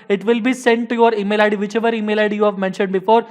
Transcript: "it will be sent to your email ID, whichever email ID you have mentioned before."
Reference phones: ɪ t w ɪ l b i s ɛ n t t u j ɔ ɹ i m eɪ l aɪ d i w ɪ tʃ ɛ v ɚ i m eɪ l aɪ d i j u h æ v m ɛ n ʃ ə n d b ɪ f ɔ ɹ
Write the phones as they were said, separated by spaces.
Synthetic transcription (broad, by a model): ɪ t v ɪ l b i s ɛ n t t u j ɔ ɹ i m eɪ l aɪ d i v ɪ tʃ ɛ v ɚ i m eɪ l aɪ d i j u h æ v m ɛ n ʃ ə n d b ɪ f ɔ ɹ